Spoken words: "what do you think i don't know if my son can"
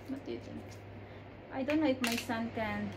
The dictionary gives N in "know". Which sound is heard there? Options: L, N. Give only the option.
L